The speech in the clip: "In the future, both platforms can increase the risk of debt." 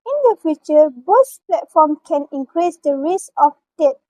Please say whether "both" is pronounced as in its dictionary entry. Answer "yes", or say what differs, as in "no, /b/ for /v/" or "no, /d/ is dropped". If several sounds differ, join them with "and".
no, /s/ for /θ/